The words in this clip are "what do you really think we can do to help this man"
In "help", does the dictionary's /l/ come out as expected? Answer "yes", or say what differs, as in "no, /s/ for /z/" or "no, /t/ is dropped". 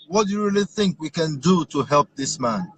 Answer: yes